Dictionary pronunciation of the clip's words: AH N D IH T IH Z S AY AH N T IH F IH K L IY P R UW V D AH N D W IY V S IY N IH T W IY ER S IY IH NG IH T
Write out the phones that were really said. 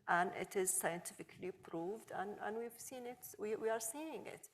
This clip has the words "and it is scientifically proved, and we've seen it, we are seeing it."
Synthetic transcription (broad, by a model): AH N IH T IH Z S AY AH N T IH F IH K L IY P R UW V D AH N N W IY V S IY N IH T W IY ER S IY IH NG IH T